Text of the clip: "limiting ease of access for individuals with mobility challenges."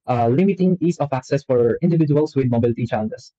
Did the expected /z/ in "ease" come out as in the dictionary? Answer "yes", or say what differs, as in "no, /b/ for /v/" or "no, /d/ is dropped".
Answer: no, /s/ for /z/